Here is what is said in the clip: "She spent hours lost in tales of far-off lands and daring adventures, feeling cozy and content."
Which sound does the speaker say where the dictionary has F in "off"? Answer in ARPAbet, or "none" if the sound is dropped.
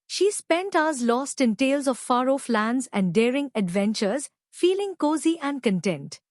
F